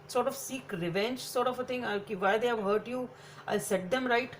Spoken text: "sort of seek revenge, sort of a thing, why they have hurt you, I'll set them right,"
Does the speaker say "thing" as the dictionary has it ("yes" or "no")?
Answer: no